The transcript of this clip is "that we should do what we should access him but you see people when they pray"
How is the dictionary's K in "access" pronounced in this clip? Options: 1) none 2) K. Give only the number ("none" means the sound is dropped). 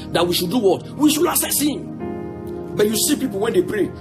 1